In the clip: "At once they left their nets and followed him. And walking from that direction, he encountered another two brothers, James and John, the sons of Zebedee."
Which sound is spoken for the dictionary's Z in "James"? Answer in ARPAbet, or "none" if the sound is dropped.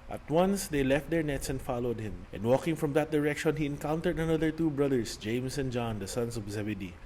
S